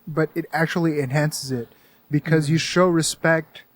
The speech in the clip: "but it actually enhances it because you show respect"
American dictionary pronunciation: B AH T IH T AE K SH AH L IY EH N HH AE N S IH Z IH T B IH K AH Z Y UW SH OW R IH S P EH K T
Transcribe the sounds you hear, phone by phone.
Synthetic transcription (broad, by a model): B AH T IH T AE K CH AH L IY EH N HH AE N S IH Z IH T B IH K AH Z Y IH SH OW R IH S P EH K T